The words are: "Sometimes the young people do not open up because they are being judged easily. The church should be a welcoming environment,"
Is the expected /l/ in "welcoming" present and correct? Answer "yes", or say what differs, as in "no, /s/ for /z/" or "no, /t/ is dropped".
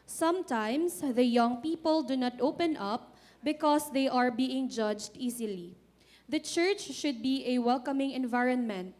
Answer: yes